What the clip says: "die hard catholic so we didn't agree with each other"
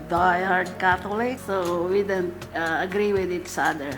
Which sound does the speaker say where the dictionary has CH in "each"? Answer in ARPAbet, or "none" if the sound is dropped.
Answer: S